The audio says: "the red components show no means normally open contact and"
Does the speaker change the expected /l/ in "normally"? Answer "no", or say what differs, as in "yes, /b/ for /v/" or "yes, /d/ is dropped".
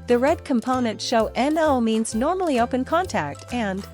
no